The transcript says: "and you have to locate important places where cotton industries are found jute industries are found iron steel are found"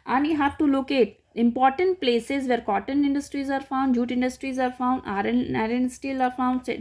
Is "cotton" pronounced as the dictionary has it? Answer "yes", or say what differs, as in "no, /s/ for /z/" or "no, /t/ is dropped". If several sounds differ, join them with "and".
yes